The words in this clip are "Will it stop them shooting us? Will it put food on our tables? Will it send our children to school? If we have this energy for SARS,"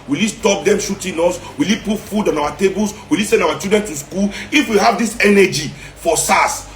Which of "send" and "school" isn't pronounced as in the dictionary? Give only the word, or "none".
none